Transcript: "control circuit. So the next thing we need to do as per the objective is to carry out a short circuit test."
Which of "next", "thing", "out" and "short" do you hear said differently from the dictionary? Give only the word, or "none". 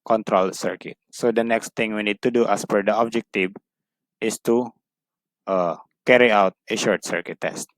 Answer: thing